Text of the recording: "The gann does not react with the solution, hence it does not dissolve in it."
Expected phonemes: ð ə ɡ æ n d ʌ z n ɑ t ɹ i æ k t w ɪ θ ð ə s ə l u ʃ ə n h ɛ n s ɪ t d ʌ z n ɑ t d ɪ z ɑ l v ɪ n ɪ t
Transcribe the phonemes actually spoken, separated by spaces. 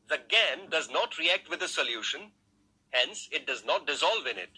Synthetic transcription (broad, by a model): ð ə ɡ æ n d ʌ z n ɑ t ɹ i æ k t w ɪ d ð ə s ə l u ʃ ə n h ɛ n s ɪ t d ʌ z n ɑ t d ɪ z ɑ l v ɪ n ɪ t